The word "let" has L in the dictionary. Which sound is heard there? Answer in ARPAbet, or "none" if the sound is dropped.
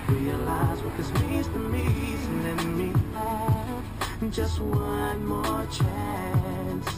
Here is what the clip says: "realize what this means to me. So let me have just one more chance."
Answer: N